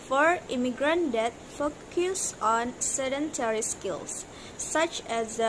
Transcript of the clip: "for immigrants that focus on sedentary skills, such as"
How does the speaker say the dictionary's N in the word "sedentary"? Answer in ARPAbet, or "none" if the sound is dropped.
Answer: N